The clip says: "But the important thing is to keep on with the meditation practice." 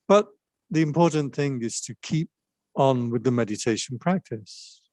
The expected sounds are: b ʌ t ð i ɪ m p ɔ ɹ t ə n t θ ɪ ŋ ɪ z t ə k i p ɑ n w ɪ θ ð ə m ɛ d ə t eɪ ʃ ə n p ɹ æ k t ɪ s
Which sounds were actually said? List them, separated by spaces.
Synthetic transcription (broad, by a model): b ʌ t ð i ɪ m p ɔ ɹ t n θ ɪ ŋ ɪ z t ə k i p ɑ n w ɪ ð ə m ɛ d ə t eɪ ʃ ə n p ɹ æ k t ɪ s